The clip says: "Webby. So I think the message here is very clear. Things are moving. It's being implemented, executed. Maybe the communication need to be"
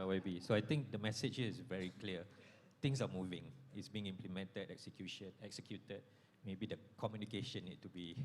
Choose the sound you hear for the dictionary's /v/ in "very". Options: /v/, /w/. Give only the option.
/v/